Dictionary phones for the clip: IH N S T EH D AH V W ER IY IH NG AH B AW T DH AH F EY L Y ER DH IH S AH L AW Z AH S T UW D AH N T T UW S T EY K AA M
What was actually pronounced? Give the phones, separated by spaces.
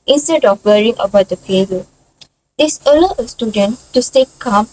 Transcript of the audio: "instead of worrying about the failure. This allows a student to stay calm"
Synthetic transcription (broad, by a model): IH N S T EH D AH F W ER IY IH NG AH B AW T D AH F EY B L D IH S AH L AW AH S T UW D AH N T T UW S T EY K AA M